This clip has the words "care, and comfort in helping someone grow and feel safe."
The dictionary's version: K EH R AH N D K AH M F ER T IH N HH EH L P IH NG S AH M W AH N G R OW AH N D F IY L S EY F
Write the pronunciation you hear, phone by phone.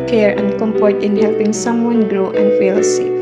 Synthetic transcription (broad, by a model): K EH R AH N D K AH M P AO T IH N HH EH L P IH NG S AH M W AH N G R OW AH N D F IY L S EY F